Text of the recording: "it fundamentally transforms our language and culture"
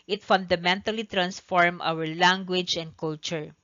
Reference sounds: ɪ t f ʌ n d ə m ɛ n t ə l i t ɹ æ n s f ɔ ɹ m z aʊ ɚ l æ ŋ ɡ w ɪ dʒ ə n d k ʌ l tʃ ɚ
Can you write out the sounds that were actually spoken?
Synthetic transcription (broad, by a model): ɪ t f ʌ n d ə m ɛ n t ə l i t ɹ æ n s f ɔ ɹ m aʊ ɚ l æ ŋ ɡ w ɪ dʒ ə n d k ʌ l tʃ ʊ